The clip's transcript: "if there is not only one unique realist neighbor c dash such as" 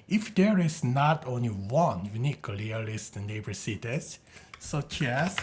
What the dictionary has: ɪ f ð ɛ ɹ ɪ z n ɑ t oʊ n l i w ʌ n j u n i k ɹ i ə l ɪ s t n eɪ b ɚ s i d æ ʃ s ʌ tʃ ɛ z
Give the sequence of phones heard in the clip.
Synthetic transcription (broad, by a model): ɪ f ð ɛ ɹ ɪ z n ɑ t oʊ n l i w ʌ n j u n i k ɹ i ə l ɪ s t n eɪ b ɚ s i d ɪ s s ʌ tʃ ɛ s